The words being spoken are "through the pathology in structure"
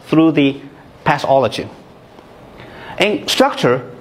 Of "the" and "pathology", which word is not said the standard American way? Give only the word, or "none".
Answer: pathology